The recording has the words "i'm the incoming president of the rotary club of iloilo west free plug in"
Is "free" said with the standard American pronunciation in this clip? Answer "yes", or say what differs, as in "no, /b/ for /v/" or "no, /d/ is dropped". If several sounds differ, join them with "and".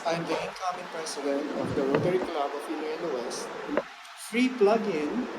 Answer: yes